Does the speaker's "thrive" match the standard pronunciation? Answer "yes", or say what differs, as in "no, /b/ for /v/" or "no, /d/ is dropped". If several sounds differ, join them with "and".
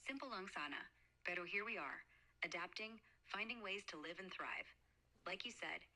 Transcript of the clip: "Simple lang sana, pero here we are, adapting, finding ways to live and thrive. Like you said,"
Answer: yes